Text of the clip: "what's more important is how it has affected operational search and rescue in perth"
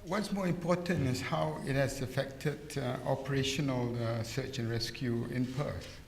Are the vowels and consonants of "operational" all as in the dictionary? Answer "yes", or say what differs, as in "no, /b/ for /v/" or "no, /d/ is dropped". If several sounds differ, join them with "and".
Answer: yes